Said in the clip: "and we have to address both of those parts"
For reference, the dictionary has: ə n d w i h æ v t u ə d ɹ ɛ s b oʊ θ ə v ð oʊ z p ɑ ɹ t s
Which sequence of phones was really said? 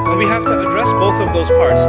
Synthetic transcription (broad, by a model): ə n w i h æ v t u ə d ɹ ɛ s b oʊ θ ə v ð oʊ z p ɑ ɹ t s